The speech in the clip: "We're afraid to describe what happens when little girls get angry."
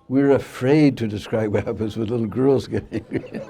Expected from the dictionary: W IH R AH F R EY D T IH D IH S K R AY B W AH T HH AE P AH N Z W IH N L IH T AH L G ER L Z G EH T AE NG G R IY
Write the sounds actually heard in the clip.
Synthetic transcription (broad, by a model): W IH R AH F R EY D T IH D IH S K R AY B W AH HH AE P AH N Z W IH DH L IH T L G ER L Z G EH T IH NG